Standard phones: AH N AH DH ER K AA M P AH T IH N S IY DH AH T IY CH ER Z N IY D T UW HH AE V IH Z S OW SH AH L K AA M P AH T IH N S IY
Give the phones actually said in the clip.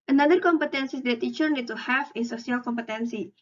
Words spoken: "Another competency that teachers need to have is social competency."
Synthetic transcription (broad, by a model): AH N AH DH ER K AA M P AH T IH N S IY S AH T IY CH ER N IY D T UW HH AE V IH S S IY AH L K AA M P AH T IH N S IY